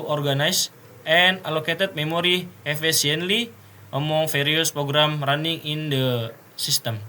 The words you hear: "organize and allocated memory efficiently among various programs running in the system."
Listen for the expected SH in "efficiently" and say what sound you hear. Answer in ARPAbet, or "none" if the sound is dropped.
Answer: S